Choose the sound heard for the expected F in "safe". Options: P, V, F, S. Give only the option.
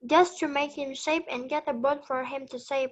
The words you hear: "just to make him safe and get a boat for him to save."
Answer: P